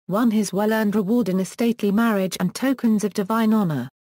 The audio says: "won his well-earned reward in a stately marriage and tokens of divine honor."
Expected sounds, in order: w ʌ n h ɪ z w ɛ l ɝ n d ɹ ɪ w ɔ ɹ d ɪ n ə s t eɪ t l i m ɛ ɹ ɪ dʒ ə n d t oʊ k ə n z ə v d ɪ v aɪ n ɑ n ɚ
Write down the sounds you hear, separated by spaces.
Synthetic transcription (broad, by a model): w ʌ n ɪ z w ɛ l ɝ n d ɹ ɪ w ɔ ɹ d ɪ n ə s t eɪ t l i m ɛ ɹ ɪ dʒ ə n t oʊ k ə n z ə v d ɪ v aɪ n ɑ n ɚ